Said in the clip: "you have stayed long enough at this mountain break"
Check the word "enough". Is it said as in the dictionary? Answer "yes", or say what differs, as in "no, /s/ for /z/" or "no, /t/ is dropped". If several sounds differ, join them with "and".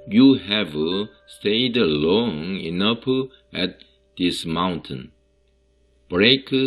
no, /p/ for /f/